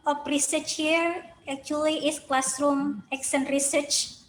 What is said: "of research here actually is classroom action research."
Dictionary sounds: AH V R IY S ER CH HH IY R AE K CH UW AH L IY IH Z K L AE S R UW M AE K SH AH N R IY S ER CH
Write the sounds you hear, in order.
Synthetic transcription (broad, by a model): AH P R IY S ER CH HH IY R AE K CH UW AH L IY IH S K L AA S R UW M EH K S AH N R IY S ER CH